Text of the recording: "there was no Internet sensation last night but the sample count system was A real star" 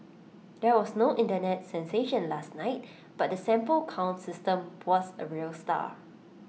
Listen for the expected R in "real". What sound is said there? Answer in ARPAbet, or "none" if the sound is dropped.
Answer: R